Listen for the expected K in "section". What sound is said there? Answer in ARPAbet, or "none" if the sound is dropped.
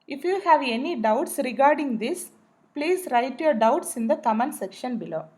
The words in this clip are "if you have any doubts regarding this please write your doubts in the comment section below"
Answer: K